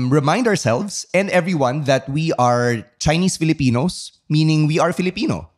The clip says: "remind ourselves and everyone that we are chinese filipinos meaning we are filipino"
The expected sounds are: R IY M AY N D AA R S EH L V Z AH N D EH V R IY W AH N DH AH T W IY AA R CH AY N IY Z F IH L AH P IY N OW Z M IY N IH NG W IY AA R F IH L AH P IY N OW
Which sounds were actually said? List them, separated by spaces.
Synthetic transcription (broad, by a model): R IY M AY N D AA R S EH L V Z AH N D EH V R IY W AH N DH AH T W IY AA R CH AY N IY S F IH L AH P IY N OW S M IY N IH NG W IY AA R F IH L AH P IY N OW